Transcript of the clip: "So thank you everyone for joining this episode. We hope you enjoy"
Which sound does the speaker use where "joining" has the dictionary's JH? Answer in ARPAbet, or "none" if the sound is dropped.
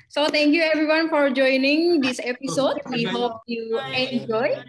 JH